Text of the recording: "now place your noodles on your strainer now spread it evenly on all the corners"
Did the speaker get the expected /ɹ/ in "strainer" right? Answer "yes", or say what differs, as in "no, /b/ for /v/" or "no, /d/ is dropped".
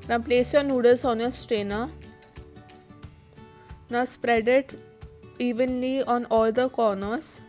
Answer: no, /ɹ/ is dropped